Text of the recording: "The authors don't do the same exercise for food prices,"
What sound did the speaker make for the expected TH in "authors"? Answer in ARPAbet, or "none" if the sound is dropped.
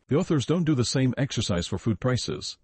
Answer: TH